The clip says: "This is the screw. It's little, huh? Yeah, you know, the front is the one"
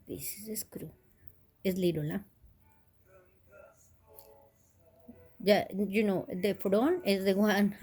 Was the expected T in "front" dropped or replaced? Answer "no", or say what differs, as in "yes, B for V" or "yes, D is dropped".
yes, T is dropped